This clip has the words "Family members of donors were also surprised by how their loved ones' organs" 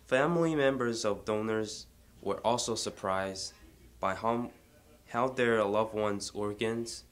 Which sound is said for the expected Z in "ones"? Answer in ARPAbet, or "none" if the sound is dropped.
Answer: Z